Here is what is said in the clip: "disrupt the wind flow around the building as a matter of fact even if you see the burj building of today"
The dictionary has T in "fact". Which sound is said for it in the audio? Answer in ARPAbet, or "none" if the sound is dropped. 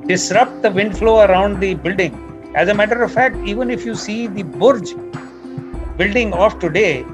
T